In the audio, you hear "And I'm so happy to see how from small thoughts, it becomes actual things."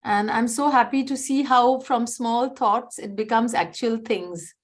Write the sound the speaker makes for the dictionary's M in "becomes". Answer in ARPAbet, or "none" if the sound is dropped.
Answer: M